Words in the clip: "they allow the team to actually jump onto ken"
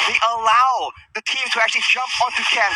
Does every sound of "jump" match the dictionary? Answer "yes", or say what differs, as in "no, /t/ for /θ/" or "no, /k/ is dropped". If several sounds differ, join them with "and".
yes